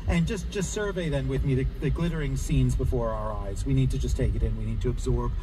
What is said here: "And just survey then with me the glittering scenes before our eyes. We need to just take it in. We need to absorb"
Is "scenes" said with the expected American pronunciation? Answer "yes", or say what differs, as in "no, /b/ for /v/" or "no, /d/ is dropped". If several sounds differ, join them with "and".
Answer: yes